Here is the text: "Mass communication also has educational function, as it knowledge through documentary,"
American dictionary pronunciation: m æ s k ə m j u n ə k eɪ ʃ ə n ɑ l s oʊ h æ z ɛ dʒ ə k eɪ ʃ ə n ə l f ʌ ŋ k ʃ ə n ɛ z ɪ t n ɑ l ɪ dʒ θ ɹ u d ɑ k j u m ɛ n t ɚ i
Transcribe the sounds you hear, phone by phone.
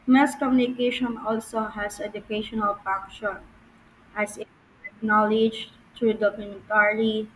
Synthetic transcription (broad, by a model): m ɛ s k ə m j u n ə k eɪ ʃ ə n ɑ l s oʊ h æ s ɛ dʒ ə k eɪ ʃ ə n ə l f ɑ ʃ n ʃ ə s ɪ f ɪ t n ɑ l ɪ dʒ t ɹ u d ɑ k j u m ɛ n t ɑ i